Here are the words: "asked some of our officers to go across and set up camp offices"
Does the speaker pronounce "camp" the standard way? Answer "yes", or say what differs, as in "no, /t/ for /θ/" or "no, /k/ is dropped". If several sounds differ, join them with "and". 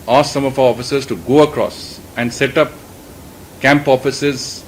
yes